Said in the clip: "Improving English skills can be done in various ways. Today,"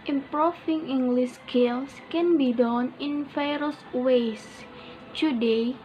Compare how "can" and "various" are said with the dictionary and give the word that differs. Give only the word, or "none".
various